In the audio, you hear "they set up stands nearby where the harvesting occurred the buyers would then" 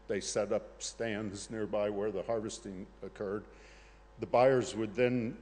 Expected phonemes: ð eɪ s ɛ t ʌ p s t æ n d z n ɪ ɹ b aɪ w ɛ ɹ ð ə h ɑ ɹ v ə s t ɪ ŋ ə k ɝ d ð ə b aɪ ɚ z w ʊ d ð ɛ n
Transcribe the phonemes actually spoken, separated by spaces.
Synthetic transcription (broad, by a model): ð eɪ s ɛ t ʌ p s t æ n d z n ɪ ɹ b aɪ w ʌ ɹ ð ə h ɑ ɹ v ə s t ɪ ŋ ə k ɝ d ð ə b aɪ ɚ z w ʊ d ð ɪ n